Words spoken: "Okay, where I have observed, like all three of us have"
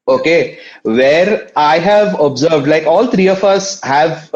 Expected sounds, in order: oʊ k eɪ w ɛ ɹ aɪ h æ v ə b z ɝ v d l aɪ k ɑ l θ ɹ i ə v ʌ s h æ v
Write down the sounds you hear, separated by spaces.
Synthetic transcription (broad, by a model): oʊ k eɪ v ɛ ɹ aɪ h æ v ə b z ɝ v d l aɪ k ɑ l t ɹ i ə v ʌ s h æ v